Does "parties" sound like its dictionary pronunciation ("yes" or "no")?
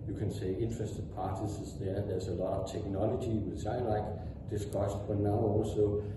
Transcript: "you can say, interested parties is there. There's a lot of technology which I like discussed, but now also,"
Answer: no